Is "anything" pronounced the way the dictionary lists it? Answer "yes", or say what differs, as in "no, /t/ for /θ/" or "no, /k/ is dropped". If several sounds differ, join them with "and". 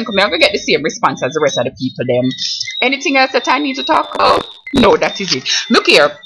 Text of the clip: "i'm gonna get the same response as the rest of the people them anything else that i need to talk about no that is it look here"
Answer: yes